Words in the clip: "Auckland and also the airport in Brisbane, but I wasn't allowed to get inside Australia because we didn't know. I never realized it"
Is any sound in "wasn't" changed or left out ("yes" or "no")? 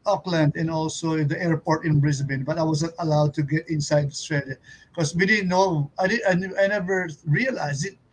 yes